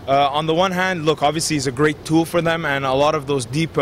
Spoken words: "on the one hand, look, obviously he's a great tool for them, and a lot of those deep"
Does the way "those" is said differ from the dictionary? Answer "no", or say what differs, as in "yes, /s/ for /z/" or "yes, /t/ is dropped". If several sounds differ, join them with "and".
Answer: no